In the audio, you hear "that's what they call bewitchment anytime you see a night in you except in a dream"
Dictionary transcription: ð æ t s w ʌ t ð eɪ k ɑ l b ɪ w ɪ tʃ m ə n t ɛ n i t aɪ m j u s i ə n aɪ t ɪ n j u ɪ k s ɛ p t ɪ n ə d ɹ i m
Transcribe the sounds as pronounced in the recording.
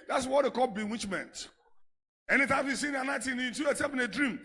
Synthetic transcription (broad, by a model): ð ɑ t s w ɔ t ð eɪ k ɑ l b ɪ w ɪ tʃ m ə n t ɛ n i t aɪ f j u s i ə n aɪ t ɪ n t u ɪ s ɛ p ɪ n ə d ɹ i m